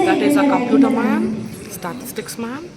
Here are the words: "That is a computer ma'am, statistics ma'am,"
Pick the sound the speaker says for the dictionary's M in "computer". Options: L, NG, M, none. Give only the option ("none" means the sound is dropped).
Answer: none